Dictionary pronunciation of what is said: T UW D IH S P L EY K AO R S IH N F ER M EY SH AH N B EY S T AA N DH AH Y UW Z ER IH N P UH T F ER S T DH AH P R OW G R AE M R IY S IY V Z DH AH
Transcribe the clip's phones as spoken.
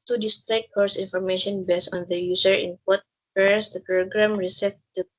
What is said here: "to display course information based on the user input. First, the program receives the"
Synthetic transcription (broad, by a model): T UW D IH S P L EY K AO R S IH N F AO M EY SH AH N B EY S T AA N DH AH Y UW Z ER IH N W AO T P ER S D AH P R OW G R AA M R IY S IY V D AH